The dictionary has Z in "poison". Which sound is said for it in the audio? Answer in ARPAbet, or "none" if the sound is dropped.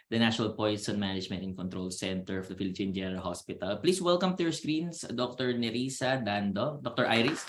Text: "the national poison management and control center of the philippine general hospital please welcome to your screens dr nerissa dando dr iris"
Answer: S